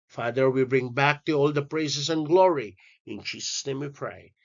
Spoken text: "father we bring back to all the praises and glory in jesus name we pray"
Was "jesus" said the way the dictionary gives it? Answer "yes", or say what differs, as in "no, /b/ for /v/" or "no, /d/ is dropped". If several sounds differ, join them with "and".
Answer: no, /tʃ/ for /dʒ/